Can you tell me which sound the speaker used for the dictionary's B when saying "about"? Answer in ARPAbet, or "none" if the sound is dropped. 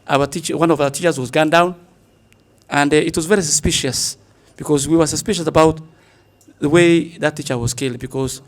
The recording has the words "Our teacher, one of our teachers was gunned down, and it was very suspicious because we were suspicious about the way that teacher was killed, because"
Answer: B